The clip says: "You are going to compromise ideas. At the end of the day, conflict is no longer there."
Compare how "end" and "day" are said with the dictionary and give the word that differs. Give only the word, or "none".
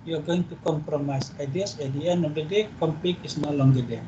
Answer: end